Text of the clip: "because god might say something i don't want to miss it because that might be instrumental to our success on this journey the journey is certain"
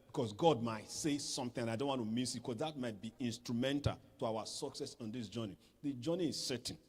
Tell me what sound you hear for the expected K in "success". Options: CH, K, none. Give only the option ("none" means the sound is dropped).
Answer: K